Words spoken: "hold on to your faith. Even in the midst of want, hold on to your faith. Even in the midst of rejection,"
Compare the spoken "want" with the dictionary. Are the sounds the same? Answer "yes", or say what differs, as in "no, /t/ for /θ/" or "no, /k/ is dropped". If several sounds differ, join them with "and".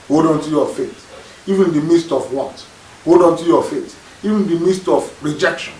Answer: no, /n/ is dropped